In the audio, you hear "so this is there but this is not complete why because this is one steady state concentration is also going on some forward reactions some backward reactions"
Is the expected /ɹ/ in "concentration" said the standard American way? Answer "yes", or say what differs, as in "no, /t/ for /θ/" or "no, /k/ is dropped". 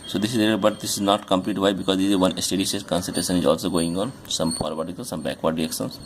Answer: no, /ɹ/ is dropped